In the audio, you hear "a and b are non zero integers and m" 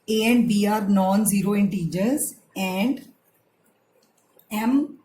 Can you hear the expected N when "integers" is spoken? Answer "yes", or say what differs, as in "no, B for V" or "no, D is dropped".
yes